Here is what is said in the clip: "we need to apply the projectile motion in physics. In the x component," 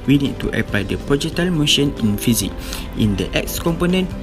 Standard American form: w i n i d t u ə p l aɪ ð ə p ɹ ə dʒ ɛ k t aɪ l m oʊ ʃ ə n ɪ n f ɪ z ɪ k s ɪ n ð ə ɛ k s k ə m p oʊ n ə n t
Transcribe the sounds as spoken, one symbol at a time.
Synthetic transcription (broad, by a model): w i n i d t u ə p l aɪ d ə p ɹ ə dʒ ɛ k t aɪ l m oʊ ʃ ə n ɪ n f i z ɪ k ɪ n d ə ɛ k s k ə m p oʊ n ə n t